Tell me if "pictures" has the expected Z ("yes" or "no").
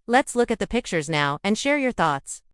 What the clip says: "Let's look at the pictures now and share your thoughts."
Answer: yes